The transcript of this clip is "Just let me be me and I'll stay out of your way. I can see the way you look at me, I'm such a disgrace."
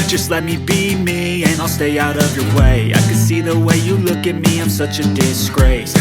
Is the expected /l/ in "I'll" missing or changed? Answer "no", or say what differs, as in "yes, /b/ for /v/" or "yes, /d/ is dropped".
no